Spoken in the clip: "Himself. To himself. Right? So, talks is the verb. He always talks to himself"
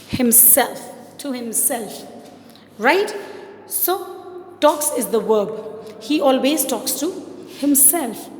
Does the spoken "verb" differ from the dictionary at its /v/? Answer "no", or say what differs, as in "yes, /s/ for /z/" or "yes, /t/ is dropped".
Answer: yes, /w/ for /v/